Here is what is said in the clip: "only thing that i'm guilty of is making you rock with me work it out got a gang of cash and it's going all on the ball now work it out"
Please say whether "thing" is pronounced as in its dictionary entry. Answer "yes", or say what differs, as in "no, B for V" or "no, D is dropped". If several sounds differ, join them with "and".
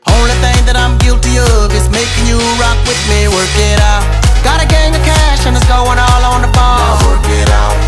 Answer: yes